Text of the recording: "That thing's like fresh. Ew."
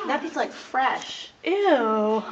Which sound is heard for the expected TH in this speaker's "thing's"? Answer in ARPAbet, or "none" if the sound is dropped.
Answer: F